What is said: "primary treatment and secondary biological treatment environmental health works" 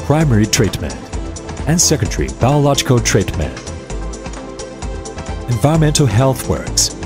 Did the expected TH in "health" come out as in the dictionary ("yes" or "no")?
yes